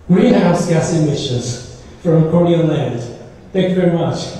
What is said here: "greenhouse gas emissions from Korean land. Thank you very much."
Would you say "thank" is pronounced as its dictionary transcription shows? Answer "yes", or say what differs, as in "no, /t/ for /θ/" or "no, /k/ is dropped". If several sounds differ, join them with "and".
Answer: yes